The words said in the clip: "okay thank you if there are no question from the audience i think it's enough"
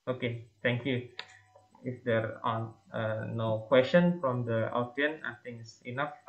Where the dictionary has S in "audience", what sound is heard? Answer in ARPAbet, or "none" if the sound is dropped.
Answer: none